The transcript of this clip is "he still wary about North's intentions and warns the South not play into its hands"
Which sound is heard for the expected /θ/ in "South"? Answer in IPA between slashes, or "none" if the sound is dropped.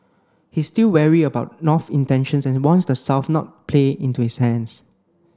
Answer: /f/